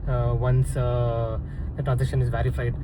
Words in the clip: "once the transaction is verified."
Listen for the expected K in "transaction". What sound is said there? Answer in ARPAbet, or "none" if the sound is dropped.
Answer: none